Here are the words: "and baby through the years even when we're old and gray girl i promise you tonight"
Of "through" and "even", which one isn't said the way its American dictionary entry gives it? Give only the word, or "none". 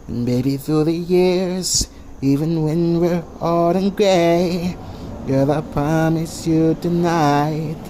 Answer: none